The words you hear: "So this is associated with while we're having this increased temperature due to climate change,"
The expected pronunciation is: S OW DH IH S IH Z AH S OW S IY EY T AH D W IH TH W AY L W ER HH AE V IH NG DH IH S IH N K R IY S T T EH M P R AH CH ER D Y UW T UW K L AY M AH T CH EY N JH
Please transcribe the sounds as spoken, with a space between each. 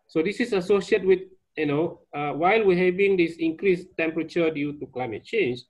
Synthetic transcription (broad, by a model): S OW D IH S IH S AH S OW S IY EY T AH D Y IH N W AY L W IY HH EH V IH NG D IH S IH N K R IY S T T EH M P R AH CH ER D Y UW T UW K L AY M AH T CH EY N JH